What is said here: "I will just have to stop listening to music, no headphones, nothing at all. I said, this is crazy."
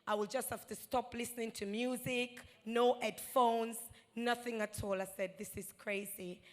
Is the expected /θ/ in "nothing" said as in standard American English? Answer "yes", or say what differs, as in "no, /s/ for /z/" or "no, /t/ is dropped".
yes